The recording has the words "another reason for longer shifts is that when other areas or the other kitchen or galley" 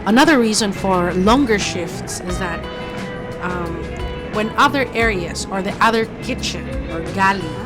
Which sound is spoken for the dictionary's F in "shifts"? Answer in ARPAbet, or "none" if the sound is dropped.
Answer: F